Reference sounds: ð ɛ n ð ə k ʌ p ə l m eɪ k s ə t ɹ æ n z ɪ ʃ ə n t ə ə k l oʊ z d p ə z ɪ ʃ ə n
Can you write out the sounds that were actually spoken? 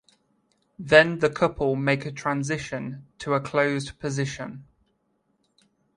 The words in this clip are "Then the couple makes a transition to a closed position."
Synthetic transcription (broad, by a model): ð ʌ n ð ə k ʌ p ə l m eɪ k ə t ɹ æ n z ɪ ʃ ə n t ə ə k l oʊ z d p ə z ɪ ʃ ə n